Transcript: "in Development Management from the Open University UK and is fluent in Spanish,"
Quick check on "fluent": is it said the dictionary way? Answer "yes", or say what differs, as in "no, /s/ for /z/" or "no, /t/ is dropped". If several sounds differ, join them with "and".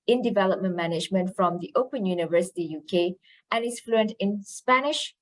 yes